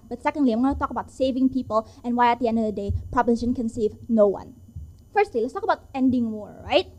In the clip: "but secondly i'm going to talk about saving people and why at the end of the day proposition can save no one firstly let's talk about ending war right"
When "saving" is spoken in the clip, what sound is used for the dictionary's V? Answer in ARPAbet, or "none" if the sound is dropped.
V